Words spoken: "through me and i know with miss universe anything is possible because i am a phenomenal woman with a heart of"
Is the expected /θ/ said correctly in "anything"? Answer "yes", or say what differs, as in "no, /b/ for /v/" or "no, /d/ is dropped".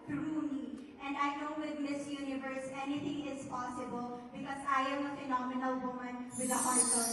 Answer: no, /t/ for /θ/